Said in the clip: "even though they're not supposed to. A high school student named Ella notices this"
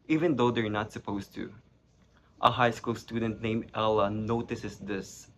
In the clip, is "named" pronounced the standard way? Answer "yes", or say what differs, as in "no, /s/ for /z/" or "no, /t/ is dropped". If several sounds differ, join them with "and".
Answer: no, /d/ is dropped